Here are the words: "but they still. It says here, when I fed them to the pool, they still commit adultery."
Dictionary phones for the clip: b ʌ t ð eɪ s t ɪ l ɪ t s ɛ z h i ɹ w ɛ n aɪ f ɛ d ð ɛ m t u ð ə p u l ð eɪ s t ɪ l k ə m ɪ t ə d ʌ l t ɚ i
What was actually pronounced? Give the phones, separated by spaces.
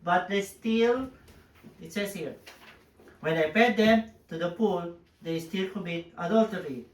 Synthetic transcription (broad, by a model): b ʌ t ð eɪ s t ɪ l ɪ t s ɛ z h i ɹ w ɛ n aɪ p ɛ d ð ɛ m t u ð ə p u l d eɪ s t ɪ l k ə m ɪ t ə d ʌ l t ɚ i